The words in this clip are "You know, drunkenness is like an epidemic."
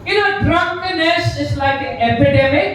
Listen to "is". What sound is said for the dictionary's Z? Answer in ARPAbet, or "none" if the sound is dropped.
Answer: S